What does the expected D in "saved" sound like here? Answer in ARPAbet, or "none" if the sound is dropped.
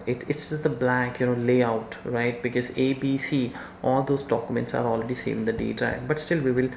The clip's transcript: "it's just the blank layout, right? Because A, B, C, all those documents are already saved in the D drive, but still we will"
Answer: none